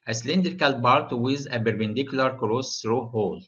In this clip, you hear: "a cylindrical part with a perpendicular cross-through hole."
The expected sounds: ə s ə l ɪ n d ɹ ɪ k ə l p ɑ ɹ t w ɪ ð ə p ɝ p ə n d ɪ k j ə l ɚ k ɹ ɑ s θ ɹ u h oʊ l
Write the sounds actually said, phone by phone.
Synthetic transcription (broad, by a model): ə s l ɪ n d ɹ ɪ k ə l b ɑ ɹ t w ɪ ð ə b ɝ b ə n d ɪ k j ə l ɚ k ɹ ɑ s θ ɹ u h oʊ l